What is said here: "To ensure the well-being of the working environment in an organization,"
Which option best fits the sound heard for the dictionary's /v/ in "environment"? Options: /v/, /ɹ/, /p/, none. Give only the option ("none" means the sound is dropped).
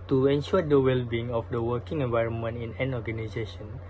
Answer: /v/